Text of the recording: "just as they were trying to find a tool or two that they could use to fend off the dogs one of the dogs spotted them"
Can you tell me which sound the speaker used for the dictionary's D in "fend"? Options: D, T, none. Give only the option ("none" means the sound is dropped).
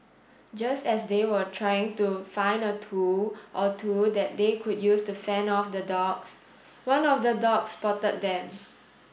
none